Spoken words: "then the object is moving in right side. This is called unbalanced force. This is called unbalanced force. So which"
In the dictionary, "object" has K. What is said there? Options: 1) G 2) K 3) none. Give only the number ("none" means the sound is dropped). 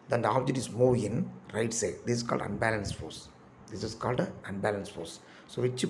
3